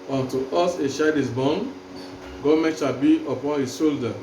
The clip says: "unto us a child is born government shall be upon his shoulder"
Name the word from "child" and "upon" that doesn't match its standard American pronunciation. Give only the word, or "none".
child